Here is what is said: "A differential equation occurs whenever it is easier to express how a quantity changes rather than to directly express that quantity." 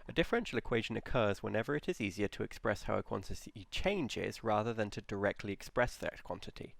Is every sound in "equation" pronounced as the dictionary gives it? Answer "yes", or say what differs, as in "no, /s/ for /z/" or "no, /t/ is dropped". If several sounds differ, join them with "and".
yes